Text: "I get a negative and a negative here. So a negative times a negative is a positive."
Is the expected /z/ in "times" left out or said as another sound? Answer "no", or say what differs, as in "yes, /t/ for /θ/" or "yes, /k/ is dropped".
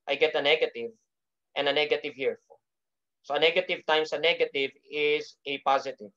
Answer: yes, /s/ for /z/